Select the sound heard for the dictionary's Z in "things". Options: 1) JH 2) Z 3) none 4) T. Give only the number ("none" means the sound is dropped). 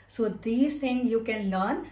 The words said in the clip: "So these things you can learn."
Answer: 3